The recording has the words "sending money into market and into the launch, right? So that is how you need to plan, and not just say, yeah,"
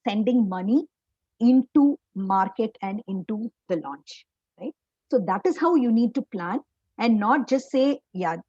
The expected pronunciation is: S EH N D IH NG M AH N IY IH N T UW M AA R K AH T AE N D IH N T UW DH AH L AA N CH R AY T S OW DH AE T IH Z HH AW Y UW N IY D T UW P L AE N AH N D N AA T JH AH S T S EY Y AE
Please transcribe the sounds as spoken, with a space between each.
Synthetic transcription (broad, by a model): S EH N D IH NG M AH N IY IH N T UW M AA R K AH T AE N D IH N T UW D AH L AA N CH R AY T S OW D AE T IH Z HH AW Y UW N IY D T UW P L AE N AH N D N AA T JH AH S T S EY Y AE